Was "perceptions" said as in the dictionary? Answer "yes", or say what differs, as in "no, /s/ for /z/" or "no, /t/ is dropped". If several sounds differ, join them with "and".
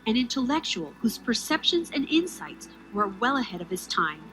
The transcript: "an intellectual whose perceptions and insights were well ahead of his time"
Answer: yes